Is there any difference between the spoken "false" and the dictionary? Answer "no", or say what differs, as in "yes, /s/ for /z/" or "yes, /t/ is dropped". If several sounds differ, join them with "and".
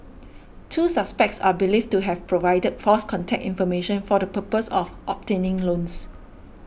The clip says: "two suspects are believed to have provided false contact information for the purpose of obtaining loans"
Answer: yes, /l/ is dropped